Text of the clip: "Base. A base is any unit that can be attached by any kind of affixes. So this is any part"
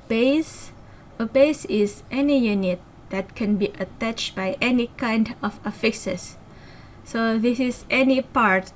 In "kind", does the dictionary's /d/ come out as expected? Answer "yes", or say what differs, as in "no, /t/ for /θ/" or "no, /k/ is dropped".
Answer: yes